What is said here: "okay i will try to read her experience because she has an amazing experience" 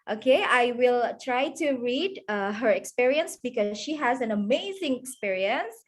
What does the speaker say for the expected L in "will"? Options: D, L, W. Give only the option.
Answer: L